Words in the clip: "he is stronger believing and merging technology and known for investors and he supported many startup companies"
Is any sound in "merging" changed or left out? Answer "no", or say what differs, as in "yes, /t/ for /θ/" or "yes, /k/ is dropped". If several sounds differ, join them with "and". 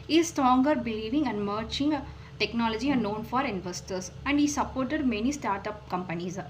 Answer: yes, /tʃ/ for /dʒ/